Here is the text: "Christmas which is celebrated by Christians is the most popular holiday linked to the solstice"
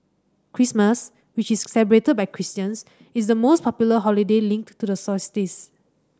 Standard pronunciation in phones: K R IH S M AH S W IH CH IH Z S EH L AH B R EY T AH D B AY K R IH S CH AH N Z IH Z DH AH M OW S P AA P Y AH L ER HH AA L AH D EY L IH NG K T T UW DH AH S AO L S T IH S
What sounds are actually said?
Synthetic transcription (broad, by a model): K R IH S M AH S W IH CH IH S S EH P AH R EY T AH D B AY K R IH S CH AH N S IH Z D AH M OW S P AA P Y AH L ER HH AA L AH D EY L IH NG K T T UW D AH S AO S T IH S